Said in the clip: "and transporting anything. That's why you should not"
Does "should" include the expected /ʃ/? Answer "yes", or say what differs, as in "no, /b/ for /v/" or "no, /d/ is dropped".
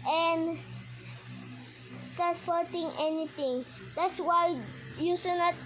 no, /s/ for /ʃ/